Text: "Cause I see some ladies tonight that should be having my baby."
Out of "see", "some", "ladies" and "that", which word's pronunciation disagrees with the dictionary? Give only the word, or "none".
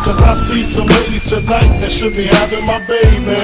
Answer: ladies